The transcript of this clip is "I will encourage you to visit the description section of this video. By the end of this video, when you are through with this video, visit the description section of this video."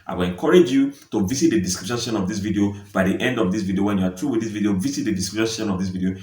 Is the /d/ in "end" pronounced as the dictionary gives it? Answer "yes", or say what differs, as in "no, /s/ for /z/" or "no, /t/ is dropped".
yes